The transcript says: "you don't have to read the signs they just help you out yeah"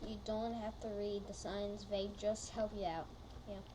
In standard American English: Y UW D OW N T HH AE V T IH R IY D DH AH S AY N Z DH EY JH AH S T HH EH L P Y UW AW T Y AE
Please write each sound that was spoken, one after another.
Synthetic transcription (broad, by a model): Y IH D OW N T HH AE F T IH R IY D DH AH S AY N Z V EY JH AH S T HH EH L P Y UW AW T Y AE